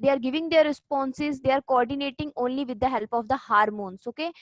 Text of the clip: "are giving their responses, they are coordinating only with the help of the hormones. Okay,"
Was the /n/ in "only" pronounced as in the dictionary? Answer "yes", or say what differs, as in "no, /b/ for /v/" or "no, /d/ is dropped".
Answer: yes